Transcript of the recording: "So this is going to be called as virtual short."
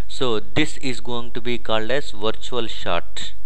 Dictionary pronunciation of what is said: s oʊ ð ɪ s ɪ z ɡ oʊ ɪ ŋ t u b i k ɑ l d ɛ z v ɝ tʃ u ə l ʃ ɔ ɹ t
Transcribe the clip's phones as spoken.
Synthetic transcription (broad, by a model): s oʊ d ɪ s ɪ z ɡ oʊ ɪ ŋ t u b i k ɑ l d ɛ z v ɝ tʃ u ə l ʃ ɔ ɹ t